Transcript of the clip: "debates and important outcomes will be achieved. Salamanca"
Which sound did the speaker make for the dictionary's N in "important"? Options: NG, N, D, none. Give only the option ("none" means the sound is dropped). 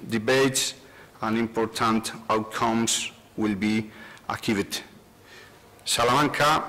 N